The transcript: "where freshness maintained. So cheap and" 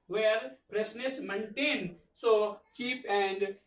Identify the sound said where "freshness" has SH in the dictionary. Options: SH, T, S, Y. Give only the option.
S